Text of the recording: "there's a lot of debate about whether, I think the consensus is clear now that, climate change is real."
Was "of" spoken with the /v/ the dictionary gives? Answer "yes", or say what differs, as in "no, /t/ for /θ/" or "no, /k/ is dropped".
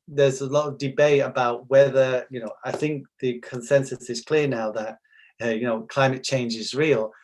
yes